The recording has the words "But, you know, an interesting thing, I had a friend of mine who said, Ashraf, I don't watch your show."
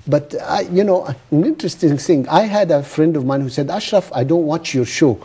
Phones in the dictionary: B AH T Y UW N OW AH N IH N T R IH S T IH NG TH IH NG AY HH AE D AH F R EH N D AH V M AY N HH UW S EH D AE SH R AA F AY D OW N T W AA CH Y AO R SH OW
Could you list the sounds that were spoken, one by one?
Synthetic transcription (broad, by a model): B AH T Y UW N OW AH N IH N T R IH S T IH NG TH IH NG AY HH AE D AH F R EH N D AH V M AY N HH UW S EH D AE SH R AA F AY D OW N T W AA CH Y AO R SH OW